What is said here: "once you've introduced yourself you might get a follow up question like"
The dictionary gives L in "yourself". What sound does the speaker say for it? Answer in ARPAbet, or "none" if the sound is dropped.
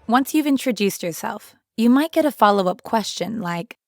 L